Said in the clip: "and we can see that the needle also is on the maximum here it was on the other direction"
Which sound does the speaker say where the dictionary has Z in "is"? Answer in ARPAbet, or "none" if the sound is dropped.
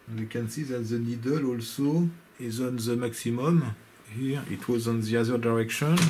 Z